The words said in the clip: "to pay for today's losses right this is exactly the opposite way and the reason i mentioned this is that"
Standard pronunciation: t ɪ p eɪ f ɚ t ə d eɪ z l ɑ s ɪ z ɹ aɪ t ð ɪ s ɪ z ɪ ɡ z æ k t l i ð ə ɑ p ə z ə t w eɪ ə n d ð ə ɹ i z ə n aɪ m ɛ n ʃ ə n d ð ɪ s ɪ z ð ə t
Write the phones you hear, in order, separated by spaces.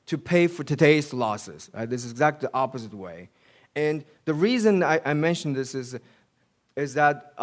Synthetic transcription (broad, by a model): t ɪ p eɪ f ɚ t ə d eɪ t l ɑ s ɪ z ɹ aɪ ð ɪ s ɪ z ɪ ɡ z æ k t l i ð ɑ p ə z ə t w eɪ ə n ð ə ɹ i z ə n aɪ m ɛ n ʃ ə n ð ɪ s ɪ z ð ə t